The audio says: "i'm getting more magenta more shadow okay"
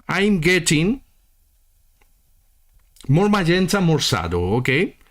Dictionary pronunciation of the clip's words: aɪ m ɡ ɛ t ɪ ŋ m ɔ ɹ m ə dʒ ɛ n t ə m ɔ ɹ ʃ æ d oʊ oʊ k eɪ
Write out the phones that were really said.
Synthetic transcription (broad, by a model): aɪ m ɡ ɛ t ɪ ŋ m ɔ ɹ m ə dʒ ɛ n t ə m ɔ ɹ s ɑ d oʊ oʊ k eɪ